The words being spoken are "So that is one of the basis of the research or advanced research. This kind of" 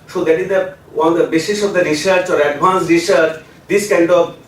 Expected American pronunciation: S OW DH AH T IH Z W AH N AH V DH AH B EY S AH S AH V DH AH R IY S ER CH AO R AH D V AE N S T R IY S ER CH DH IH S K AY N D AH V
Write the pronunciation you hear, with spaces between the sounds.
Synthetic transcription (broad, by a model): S OW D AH T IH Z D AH AH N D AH B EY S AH SH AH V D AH R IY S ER CH AO R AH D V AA N S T R IY S ER CH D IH S K AY N D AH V